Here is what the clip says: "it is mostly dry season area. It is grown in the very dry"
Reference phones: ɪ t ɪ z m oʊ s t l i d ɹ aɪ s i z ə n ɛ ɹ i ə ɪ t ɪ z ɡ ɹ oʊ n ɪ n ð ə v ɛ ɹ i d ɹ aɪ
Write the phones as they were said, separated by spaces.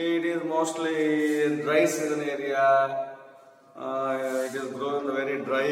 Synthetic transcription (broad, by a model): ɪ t ɪ z m oʊ s t l i d ɹ aɪ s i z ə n ɛ ɹ i ə ɪ t ɪ z ɡ ɹ oʊ ɪ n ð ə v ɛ ɹ i d ɹ aɪ